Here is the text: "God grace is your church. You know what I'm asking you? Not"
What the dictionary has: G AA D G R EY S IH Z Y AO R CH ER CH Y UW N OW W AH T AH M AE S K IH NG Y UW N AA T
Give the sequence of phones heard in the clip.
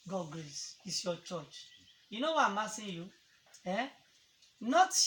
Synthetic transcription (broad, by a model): G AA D G R EY S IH S Y AO CH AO CH Y UW N OW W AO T AH M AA S IH Y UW N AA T